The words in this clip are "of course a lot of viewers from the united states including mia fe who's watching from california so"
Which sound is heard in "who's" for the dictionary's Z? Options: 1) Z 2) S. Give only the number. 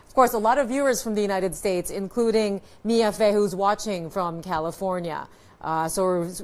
1